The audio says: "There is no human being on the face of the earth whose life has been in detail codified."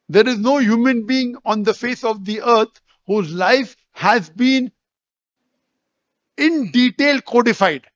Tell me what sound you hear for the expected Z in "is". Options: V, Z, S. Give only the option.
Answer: Z